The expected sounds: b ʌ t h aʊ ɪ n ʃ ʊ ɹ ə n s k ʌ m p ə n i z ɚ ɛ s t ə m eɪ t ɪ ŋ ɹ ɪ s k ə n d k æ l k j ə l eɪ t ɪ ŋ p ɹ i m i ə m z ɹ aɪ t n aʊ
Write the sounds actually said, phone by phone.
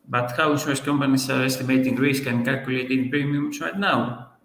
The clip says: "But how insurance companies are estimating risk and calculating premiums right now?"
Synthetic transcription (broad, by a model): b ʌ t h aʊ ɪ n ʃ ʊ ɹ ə s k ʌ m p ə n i s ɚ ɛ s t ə m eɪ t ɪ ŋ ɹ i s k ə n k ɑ k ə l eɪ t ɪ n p ɹ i m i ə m s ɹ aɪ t n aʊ